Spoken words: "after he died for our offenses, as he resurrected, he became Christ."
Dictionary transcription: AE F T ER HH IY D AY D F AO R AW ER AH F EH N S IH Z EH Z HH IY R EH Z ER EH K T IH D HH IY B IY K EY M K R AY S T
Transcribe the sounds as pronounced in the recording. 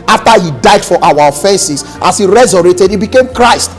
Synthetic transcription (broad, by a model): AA F T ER HH IY D AY D F AO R AW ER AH F EH N S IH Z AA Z HH IY R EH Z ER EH T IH D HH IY B IY K EY M K R AY S T